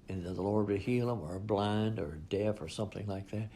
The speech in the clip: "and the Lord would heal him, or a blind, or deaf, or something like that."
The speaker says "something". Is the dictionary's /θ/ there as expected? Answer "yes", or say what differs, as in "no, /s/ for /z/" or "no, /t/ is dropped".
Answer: yes